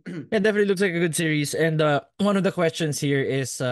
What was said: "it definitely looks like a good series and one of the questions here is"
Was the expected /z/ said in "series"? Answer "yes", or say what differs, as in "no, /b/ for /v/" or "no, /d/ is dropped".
no, /s/ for /z/